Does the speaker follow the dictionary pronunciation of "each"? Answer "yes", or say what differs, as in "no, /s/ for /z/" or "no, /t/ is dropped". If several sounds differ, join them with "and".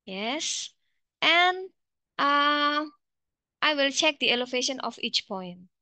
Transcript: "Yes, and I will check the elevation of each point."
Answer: yes